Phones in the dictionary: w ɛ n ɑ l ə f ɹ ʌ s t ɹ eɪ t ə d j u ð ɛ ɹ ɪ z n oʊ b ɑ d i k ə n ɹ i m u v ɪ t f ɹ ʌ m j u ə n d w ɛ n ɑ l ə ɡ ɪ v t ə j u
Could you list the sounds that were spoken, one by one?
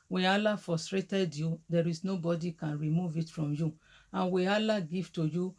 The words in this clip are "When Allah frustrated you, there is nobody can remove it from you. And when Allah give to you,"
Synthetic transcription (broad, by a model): w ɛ ɑ l ə f ɹ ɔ s t ɹ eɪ t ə d j u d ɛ ɹ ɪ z n oʊ b ɑ d i k ə n ɹ i m u v ɪ t f ɹ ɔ m j u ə n w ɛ ɑ l ə ɡ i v t ə j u